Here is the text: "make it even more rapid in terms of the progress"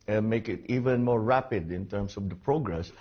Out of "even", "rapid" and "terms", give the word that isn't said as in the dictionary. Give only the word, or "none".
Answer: terms